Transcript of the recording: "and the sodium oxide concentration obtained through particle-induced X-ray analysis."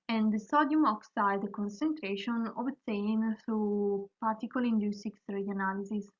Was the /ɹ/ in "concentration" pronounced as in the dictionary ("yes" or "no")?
yes